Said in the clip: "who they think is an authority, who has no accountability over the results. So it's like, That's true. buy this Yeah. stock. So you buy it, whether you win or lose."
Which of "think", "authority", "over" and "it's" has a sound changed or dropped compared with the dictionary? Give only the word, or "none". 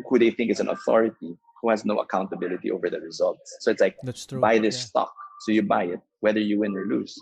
none